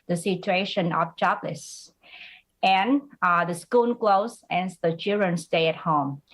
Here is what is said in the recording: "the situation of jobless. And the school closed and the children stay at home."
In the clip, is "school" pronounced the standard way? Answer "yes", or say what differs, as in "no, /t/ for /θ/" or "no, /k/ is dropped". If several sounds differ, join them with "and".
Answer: no, /n/ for /l/